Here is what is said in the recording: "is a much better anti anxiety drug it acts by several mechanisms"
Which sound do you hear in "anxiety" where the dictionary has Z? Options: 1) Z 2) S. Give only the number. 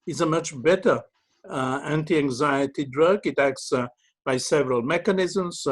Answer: 1